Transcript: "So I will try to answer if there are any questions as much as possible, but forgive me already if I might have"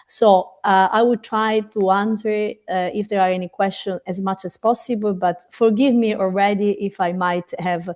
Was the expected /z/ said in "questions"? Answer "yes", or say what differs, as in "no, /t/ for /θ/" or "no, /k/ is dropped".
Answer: no, /z/ is dropped